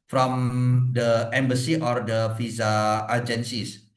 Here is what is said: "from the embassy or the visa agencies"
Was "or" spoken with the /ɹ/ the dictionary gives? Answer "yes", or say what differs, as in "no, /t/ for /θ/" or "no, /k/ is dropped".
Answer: yes